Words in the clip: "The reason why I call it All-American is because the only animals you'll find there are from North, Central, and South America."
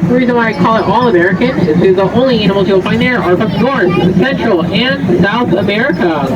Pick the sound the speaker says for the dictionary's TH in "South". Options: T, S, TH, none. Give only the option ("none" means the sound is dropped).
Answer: TH